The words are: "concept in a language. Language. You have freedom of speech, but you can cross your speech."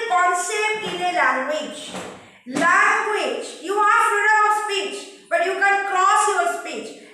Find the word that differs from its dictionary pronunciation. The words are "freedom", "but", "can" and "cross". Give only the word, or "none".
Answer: freedom